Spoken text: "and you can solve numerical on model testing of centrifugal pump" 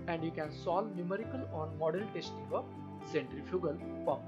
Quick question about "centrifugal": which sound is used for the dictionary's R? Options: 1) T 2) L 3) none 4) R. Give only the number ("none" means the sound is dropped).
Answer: 4